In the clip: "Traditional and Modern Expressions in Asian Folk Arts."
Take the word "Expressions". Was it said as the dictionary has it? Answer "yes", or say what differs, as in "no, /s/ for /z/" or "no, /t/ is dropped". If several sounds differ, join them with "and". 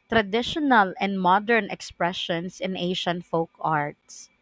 no, /s/ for /z/